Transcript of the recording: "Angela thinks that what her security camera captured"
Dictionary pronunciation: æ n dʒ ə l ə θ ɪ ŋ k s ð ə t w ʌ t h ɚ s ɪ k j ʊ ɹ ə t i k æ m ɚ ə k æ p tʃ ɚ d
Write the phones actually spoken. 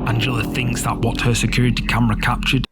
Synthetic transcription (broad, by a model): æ n dʒ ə l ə θ ɪ ŋ k s ð ə t w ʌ t h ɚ s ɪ k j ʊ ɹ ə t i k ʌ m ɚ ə k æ p tʃ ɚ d